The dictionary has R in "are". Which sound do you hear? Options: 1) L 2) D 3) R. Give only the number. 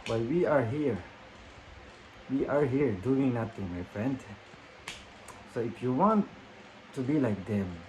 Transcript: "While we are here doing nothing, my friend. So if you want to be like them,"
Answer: 3